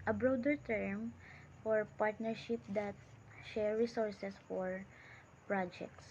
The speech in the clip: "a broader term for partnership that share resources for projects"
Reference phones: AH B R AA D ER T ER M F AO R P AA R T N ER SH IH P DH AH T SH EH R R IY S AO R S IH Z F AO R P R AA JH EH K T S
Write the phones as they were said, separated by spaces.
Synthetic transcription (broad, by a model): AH B R AA D ER T ER M F AO R P AA R T N ER SH IH P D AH T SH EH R R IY S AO R S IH S F AO R P R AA JH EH K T S